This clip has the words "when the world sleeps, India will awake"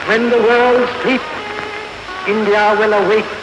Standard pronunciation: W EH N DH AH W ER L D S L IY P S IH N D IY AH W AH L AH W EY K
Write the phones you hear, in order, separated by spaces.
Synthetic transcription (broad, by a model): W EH N DH AH W ER L D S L IY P IH N D IY AH W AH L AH W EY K